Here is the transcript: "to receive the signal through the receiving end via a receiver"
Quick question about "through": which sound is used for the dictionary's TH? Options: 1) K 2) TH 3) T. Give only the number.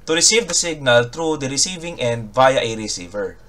3